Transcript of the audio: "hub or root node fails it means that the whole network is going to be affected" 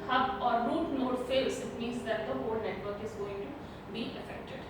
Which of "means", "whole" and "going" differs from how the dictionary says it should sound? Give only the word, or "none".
none